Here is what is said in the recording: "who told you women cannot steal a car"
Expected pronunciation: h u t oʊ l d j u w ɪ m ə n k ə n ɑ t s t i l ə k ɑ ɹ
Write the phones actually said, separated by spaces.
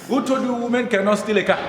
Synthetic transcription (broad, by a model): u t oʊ d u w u m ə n k ə n ɑ t s t i l ə k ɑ